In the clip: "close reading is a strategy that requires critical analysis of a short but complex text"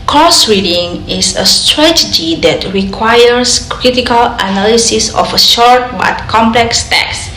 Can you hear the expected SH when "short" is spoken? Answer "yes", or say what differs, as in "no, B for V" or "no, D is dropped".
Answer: yes